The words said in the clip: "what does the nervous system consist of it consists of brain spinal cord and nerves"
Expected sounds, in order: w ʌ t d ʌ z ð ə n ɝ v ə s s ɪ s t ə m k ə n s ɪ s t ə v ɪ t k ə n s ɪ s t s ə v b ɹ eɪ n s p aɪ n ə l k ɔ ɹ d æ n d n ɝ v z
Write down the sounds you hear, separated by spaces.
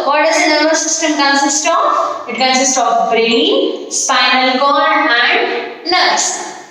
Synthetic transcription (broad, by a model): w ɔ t d ʌ z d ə n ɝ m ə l s ɪ s t ə m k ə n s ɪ s t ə p ɪ t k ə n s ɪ s t ə p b ɹ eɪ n s p aɪ n ə l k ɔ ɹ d æ n d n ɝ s